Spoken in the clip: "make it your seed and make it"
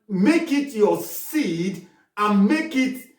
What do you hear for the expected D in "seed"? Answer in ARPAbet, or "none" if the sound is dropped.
D